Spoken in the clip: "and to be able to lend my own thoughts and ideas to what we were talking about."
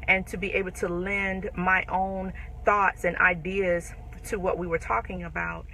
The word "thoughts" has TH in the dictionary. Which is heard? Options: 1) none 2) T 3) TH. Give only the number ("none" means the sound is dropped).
3